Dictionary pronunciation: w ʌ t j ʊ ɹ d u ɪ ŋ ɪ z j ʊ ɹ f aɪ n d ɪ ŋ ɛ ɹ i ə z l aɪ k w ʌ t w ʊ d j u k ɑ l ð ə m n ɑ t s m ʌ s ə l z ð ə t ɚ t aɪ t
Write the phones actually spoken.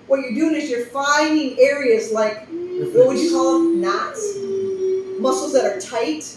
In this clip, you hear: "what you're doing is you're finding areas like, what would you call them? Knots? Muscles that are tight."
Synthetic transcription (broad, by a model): w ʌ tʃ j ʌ ɹ d u ɪ ŋ ɪ z j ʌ ɹ f aɪ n ɪ ŋ ɛ ɹ i ə z l aɪ k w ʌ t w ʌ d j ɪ k ɑ l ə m n ɑ t s m ʌ s l z ð ə t ɚ t aɪ t